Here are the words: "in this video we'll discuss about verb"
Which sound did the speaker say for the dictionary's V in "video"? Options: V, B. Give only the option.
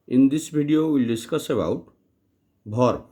B